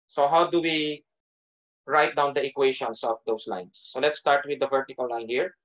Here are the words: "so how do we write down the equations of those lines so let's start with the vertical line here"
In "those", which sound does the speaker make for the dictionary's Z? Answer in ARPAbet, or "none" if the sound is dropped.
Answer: S